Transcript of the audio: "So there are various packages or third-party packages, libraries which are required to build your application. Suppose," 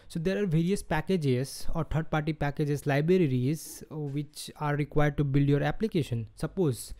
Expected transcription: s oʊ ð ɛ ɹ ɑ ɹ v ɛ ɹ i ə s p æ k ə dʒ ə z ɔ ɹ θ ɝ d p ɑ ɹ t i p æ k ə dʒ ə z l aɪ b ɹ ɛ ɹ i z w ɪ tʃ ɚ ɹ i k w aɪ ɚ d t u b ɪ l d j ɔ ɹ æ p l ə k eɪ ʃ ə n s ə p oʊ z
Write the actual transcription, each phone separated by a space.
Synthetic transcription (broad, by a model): s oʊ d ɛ ɹ ɑ ɹ v ɛ ɹ i ə s p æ k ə dʒ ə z ɔ ɹ t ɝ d p ɑ ɹ t i p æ k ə dʒ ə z l aɪ b ɹ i ɹ i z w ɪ tʃ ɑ ɹ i k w aɪ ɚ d t u b ɪ l d j ɔ ɹ æ p l ə k eɪ ʃ ə n s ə p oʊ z